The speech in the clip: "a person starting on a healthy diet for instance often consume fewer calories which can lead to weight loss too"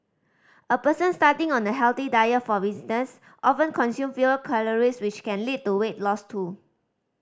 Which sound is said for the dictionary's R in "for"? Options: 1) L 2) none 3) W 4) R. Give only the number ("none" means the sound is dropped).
3